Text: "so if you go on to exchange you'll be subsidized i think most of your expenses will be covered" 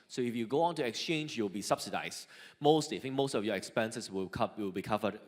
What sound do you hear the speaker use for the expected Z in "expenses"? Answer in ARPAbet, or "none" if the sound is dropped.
S